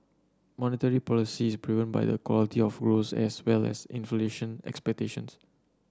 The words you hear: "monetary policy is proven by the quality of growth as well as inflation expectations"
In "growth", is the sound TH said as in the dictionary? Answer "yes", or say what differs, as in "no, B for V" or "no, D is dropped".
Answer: no, S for TH